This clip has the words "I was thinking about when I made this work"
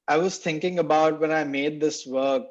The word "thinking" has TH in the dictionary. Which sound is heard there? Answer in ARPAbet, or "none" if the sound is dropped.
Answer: T